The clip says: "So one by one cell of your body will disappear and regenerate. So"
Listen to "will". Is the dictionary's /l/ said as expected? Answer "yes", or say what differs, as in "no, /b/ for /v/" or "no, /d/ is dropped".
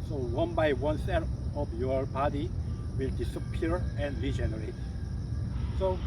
yes